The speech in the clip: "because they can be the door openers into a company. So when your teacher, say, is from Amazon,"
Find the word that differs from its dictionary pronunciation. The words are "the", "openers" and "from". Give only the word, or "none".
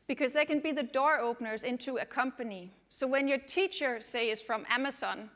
none